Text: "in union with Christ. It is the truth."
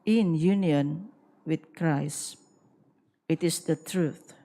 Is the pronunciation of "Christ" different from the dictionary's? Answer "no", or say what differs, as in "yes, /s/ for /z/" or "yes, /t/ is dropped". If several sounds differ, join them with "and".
yes, /t/ is dropped